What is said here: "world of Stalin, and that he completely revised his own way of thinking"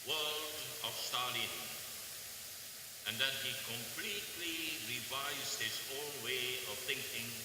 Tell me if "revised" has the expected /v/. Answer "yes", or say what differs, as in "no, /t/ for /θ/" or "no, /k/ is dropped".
yes